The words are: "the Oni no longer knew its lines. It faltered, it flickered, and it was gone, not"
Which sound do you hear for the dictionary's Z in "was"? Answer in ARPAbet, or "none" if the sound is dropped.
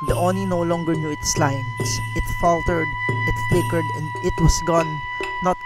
S